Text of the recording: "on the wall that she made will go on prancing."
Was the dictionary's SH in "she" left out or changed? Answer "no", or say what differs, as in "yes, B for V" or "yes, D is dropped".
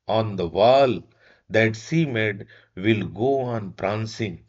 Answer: yes, S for SH